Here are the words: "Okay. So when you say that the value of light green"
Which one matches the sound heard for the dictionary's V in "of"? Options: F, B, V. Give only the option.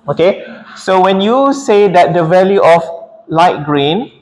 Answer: F